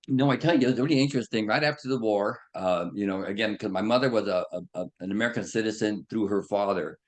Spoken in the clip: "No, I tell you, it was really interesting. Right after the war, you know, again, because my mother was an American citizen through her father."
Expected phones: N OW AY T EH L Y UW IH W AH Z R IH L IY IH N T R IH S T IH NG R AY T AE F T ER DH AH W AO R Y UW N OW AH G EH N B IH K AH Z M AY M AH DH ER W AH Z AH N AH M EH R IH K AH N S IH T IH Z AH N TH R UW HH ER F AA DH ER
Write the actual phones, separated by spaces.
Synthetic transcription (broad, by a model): N OW AY T EH L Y IH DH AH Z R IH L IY IH N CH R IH S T IH NG R AY T AE F T ER DH AH W AO R Y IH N OW AH G EH N K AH Z M AY M AH DH ER W AH Z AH N AH M EH R IH K AH N S IH T IH Z AH N TH R UW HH ER F AA DH ER